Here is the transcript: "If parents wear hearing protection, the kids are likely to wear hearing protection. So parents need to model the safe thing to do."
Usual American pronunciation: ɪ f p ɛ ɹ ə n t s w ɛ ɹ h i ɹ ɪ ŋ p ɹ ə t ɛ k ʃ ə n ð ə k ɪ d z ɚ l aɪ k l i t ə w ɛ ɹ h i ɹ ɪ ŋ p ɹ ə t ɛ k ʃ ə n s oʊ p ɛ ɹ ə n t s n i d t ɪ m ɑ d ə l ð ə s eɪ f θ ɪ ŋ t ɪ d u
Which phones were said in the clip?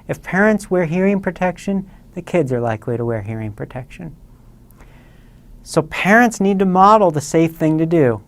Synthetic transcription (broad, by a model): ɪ f p ɛ ɹ ə n t s w ɛ ɹ h i ɹ ɪ ŋ p ɹ ə t ɛ k ʃ ə n ð ə k ɪ d z ɚ l aɪ k l i t ə w ɛ ɹ h i ɹ ɪ ŋ p ɹ ə t ɛ k ʃ ə n s oʊ p ɛ ɹ ə n t s n i d t ɪ m ɑ d l ð ə s eɪ f θ ɪ ŋ t ɪ d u